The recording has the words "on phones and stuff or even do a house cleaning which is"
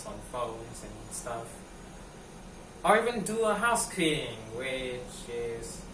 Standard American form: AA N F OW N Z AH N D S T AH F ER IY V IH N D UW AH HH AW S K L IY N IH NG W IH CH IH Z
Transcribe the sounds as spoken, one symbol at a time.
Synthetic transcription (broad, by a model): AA N F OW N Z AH N S T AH F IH IY V IH N D UW AH HH AW S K IY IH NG W IH CH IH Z